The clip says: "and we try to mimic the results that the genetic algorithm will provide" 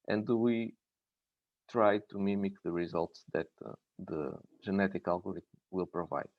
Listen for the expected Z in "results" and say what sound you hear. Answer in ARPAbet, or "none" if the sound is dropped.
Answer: Z